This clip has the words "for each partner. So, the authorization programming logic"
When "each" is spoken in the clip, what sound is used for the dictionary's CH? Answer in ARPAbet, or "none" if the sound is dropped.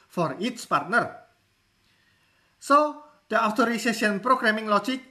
S